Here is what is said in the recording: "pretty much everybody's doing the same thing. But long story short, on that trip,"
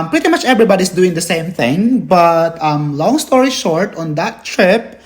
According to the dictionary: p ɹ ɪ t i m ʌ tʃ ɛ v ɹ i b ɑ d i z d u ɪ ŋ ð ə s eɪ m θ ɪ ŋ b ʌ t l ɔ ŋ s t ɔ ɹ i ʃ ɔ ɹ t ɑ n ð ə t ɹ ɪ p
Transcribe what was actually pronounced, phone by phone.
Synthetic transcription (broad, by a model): p ɹ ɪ t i m ʌ tʃ ɛ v ɹ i b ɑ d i s d u ɪ ŋ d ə s eɪ m θ ɪ ŋ b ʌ t l ɔ ŋ s t ɔ ɹ i ʃ ɔ ɹ t ɑ n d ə t ɹ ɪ p